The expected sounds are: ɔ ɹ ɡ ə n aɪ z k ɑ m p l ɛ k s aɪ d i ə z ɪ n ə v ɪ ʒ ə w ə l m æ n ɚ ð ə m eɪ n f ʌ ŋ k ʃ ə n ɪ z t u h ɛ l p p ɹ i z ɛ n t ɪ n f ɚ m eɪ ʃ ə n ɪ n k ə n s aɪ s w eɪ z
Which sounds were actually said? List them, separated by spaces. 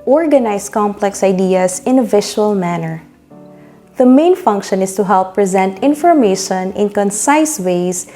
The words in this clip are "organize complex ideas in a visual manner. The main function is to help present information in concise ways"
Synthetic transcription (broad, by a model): ɔ ɹ ɡ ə n aɪ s k ɑ m p l ɛ k s aɪ d i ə s ɪ n ə v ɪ ʃ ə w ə l m æ n ɚ ð ə m eɪ n f ʌ ŋ k ʃ ə n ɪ s t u h ɛ l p p ɹ i z ɛ n t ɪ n f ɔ m eɪ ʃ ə n ɪ n k ə n s aɪ s w eɪ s